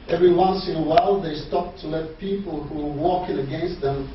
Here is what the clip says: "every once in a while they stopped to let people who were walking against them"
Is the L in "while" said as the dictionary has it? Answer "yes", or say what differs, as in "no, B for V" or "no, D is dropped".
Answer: yes